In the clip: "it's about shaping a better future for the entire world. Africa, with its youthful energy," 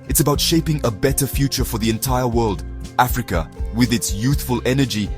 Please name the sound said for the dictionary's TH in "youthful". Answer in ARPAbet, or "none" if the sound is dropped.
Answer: TH